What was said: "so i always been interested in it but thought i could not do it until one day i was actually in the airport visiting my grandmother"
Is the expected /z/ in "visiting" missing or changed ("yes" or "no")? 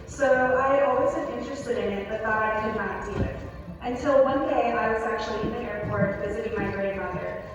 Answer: no